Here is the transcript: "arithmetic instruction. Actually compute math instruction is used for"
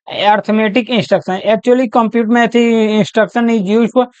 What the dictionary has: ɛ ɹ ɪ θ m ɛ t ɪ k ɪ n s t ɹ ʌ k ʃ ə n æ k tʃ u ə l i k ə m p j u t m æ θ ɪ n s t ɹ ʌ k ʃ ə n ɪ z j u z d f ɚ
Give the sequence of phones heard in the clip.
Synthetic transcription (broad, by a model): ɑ ɹ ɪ m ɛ t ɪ k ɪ n s t ɹ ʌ k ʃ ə n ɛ k tʃ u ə l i k ə m p j u t m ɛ t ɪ n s t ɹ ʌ k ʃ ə n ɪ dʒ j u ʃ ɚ